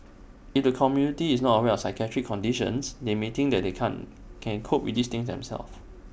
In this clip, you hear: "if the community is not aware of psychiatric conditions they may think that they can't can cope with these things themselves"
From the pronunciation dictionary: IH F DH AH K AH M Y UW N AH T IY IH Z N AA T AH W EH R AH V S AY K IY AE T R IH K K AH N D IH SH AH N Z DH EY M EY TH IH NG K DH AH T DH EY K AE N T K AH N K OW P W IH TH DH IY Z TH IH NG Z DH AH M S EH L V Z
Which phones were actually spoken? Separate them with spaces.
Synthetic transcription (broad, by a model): IH F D AH K AH M Y UW N AH T IY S N AA T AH W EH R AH F S AY K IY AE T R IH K K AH N D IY SH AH N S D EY M EY T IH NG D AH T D EY K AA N K AH N K OW P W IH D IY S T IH NG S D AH M S EH L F